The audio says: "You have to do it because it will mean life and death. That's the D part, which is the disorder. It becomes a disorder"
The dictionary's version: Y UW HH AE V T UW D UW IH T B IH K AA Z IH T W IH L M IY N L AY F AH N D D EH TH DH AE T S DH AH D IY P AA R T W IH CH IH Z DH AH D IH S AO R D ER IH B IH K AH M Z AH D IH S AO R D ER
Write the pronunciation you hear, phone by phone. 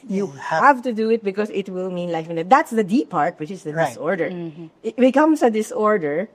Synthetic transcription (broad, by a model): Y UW HH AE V T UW D UW IH T B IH K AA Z IH T W IH L M IY N L AY F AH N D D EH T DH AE T S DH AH D IY P AA R T W IH CH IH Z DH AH D IH S AO R D ER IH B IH K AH M S AH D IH S AO R D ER